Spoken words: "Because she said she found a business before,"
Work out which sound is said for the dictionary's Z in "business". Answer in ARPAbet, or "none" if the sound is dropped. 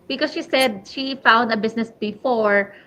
S